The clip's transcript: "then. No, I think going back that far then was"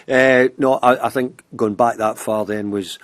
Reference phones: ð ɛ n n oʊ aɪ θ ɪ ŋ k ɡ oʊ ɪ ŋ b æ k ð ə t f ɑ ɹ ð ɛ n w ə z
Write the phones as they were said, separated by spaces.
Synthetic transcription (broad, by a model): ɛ n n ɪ aɪ θ ɪ ŋ k ɡ oʊ ɪ ŋ b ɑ k ð ə t f ɑ ɹ ð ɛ n w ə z